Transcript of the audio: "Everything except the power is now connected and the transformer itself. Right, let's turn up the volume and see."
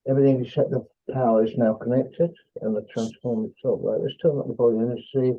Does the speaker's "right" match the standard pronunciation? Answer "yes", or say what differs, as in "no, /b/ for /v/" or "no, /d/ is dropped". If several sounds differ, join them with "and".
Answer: no, /l/ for /ɹ/